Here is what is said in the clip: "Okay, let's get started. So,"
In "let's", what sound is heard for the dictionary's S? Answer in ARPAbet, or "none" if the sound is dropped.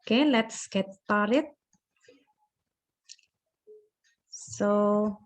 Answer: S